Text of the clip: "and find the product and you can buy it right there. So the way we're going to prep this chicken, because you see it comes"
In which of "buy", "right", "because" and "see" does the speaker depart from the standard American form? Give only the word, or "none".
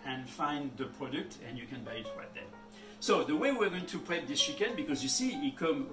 none